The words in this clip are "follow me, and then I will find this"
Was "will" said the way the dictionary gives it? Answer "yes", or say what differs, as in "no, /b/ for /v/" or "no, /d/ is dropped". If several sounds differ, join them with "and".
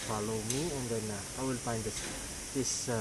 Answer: yes